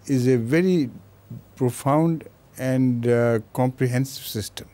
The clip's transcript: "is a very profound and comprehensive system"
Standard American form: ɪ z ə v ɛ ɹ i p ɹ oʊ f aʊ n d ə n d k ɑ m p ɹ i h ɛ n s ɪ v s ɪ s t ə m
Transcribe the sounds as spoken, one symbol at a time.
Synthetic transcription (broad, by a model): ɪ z ə v ɛ ɹ i p ɹ oʊ f aʊ n d ə n d k ɑ m p ɹ i h ɛ n s ɪ v s ɪ s t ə m